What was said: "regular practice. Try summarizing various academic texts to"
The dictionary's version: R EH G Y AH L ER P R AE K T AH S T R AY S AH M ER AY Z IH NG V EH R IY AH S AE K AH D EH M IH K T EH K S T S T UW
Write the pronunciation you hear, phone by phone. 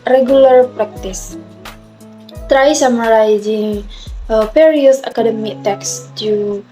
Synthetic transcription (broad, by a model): R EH G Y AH L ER P R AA K T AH S T R AY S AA M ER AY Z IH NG P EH R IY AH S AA K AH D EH M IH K T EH K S S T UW